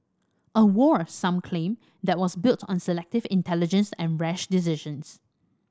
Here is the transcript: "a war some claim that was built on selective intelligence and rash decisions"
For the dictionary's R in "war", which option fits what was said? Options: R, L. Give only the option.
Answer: R